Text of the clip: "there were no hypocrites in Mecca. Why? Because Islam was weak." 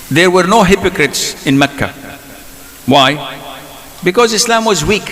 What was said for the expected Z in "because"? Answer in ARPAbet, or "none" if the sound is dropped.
Z